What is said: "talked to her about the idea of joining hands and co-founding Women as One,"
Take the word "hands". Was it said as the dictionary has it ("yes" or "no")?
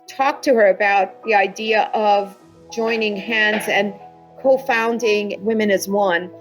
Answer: yes